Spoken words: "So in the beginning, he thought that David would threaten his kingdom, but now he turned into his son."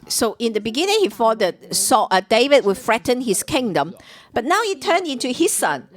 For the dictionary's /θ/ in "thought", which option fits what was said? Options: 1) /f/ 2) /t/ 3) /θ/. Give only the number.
1